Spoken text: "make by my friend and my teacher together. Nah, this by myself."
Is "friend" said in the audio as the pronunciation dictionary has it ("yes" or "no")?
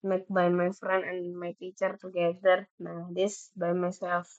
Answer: no